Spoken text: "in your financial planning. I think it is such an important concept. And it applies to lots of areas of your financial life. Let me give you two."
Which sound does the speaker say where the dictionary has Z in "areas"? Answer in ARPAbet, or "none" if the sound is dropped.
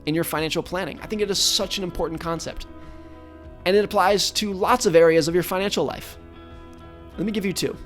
Z